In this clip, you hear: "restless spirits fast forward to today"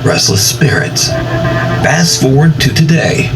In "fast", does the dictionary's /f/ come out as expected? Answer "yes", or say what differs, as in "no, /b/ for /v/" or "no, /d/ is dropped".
no, /p/ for /f/